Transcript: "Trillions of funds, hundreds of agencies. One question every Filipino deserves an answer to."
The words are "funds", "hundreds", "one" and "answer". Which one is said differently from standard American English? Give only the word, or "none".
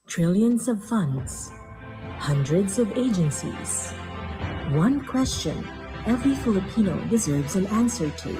none